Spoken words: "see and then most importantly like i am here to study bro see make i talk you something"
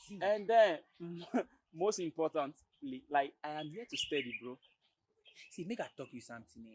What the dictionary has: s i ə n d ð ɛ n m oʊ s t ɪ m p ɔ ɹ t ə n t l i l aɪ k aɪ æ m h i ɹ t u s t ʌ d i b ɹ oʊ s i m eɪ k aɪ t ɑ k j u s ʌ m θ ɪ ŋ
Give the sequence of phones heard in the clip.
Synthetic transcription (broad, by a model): ə n d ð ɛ n m oʊ s t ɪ m p ɔ t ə n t l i l aɪ k aɪ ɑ m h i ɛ t u s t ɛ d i b ɹ oʊ s i m eɪ k aɪ t ɑ k j u s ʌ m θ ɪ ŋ